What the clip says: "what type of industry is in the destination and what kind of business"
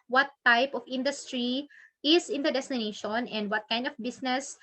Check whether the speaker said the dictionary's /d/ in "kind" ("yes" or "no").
yes